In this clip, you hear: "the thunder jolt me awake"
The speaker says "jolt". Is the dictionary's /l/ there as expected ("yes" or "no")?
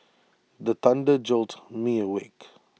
yes